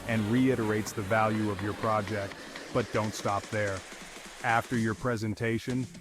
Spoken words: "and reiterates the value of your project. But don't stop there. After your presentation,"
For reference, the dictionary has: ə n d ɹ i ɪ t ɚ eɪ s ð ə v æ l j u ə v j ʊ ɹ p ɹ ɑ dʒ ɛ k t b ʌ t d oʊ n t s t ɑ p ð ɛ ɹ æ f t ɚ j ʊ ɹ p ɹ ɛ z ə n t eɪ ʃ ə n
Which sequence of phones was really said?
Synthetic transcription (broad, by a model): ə n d ɹ i ɪ t ɚ eɪ s ð ə v æ l j u ə v j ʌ ɹ p ɹ ɑ dʒ ɛ k t b ʌ t d oʊ n t s t ɑ p ð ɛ ɹ æ f t ɚ j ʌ ɹ p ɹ ɛ z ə n t eɪ ʃ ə n